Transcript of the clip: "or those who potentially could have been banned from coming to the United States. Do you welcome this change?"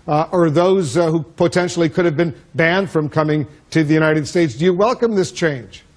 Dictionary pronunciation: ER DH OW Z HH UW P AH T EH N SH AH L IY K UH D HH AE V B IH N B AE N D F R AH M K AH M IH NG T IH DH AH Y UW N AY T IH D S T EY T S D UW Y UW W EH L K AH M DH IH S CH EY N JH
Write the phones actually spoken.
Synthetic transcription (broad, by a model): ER DH OW Z HH UW P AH T EH N SH L IY K UH D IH V B IH N B AE N D F R AH M K AH M IH NG T IH DH AH Y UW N AY T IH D S T EY T S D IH Y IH W EH L K AH M DH IH S CH EY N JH